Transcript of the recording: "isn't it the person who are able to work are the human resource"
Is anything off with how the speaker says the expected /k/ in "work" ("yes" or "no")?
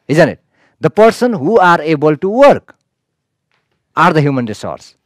no